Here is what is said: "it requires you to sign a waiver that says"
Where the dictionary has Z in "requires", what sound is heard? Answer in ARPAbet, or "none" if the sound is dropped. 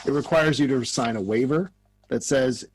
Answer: Z